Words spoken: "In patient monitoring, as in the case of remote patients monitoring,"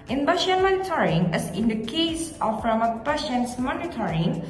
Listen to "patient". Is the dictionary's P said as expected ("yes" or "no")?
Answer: no